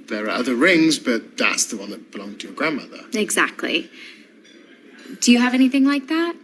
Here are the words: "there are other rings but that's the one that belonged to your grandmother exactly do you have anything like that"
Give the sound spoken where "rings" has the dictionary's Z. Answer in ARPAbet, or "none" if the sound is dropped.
Z